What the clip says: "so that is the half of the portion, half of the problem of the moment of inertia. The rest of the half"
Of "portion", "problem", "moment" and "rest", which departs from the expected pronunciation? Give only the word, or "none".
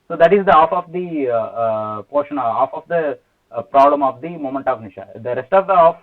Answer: none